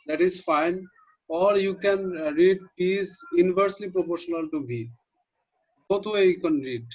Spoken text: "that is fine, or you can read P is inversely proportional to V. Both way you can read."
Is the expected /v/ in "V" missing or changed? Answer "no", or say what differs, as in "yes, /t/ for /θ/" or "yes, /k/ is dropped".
yes, /b/ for /v/